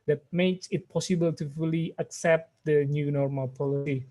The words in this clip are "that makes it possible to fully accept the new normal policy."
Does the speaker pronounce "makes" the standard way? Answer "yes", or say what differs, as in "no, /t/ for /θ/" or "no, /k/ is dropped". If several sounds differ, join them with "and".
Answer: yes